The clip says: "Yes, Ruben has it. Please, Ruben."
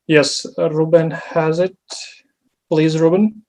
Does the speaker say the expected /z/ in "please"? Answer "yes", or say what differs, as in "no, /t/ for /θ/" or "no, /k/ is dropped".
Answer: yes